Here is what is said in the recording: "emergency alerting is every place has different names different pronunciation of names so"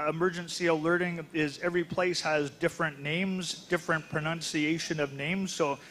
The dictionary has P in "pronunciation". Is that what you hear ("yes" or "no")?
yes